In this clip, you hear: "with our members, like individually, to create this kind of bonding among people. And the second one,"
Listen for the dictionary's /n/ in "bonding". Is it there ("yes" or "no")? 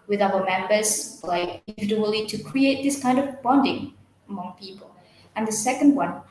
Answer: yes